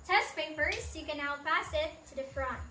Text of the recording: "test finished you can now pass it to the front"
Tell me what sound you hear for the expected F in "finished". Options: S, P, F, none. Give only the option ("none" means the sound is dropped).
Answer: P